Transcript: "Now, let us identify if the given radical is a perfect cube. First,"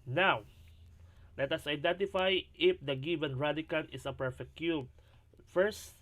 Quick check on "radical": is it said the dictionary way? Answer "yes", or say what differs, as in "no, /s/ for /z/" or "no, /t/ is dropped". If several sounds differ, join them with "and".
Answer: no, /n/ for /l/